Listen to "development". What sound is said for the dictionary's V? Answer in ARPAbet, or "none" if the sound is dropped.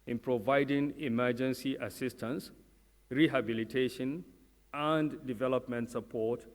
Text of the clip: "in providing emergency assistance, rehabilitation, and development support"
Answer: V